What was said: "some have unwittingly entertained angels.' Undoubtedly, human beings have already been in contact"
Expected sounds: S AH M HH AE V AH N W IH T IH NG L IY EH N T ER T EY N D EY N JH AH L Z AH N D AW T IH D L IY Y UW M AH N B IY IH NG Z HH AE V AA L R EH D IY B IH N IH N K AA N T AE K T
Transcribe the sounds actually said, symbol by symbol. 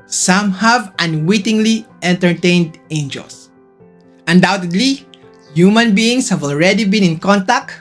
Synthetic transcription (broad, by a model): S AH M HH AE V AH N W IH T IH NG L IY EH N T ER T EY N D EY N JH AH L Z AH N D AW T IH D L IY Y UW M AH N B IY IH NG S HH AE V AA L R EH D IY B IH N IH N K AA N T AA K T